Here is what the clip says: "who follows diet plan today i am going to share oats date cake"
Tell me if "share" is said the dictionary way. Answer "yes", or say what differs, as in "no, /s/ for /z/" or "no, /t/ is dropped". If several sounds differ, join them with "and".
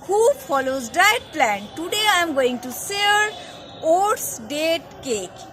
no, /s/ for /ʃ/